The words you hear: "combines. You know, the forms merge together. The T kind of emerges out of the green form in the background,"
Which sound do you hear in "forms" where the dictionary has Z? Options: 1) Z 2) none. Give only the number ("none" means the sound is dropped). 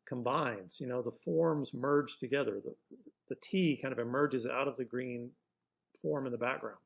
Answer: 1